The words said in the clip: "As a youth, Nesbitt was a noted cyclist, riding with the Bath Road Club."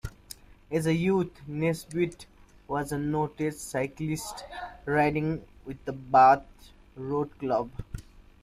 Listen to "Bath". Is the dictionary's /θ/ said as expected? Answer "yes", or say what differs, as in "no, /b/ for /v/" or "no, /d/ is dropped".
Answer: no, /t/ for /θ/